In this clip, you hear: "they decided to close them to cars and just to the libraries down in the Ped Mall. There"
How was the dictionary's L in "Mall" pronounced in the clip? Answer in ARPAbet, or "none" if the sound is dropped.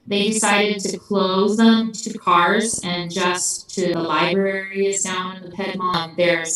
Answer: N